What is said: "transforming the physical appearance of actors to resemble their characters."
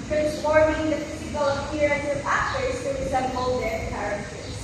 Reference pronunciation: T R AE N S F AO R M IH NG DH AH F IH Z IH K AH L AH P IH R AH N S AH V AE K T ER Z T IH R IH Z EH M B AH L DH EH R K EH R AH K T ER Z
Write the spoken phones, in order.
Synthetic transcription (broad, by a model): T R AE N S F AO R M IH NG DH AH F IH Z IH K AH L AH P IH R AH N AH F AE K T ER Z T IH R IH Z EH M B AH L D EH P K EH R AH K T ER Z